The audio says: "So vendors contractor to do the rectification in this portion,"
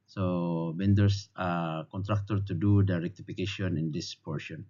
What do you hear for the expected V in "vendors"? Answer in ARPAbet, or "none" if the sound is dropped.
B